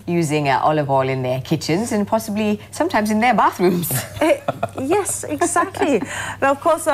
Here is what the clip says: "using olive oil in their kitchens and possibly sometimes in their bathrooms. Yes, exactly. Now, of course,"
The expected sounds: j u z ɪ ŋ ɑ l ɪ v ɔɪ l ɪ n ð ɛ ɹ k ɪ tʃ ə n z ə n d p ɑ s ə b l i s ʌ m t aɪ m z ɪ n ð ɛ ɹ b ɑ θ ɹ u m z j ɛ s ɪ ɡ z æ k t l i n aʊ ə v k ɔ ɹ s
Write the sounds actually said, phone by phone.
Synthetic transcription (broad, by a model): j u z ɪ ŋ ɑ l ɪ v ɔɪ l ɪ n ð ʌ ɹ k ɪ tʃ ə n z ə n p ɑ s ə b l i s ʌ m t aɪ m z ɪ n ð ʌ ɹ b ɑ θ ɹ u m z j ɛ s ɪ ɡ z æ k t l i ə v k ɔ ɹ s